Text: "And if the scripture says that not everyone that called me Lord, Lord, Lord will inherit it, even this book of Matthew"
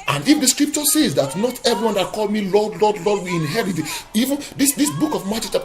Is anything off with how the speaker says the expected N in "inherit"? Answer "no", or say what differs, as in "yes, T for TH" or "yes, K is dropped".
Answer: no